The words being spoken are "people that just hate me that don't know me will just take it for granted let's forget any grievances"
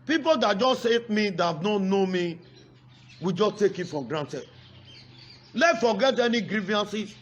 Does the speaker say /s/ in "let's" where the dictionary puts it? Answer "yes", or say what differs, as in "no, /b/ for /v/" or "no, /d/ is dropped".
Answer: no, /s/ is dropped